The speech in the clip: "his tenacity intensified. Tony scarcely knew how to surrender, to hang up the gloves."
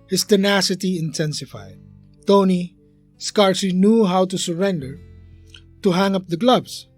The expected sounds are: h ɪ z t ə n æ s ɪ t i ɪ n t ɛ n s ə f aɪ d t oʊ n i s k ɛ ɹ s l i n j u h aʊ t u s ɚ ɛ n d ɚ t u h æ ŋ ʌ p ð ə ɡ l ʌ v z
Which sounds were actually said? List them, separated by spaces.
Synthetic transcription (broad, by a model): h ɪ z t ə n æ s ɪ t i ɪ n t ɛ n s ə f aɪ d t oʊ n i s k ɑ ɹ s i n j u h aʊ t u s ɚ ɛ n d ɚ t u h æ ŋ ʌ p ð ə ɡ l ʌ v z